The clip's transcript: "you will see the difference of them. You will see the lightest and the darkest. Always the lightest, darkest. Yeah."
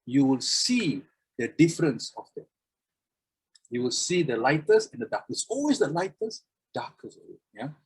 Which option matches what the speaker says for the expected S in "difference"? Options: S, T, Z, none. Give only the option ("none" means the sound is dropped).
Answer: S